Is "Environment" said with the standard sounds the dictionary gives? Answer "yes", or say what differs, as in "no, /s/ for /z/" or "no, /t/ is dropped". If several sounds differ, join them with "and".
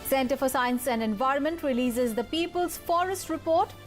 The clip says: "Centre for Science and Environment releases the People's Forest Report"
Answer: yes